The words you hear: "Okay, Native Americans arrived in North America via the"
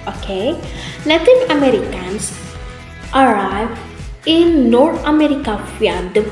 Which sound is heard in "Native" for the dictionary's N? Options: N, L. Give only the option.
L